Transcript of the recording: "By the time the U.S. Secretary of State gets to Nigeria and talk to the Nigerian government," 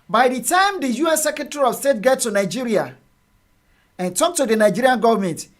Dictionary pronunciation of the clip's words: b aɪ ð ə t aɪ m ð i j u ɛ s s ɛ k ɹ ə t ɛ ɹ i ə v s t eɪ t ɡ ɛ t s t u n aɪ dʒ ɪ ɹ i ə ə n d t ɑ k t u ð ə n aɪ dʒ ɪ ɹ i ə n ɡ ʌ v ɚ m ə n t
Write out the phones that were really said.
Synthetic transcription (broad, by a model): b aɪ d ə t aɪ m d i j u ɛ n s ɛ k ɹ ə t ɛ ɹ i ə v s t eɪ t ɡ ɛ t t u n aɪ dʒ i ɹ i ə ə n t ɑ k t u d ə n aɪ dʒ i ɹ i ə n ɡ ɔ v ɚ m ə n t